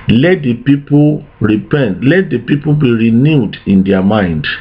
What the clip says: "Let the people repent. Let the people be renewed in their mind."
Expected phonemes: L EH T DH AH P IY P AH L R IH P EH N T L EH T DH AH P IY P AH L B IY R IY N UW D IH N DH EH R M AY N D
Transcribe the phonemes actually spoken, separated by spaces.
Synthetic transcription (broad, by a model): L EH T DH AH P IY P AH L R IH P EH N T L EH T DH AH P IY P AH B IY R IY N UW D IH N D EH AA M AY N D